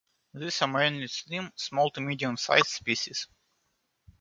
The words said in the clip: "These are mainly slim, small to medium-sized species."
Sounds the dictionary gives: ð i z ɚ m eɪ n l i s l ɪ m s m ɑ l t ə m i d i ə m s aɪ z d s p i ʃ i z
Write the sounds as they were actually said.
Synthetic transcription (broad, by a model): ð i s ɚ m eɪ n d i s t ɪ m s m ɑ l t ə m i d i ə m s aɪ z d s p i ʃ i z